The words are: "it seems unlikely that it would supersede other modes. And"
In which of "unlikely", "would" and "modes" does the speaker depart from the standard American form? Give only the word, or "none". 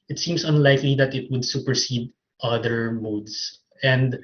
modes